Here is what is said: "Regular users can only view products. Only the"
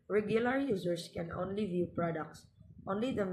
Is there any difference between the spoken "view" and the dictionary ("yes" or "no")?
no